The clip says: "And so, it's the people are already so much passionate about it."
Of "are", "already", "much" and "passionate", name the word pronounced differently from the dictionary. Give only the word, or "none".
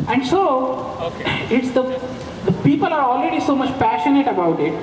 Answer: none